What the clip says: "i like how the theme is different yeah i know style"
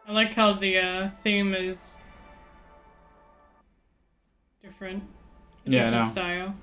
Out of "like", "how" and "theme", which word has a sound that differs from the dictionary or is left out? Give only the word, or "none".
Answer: none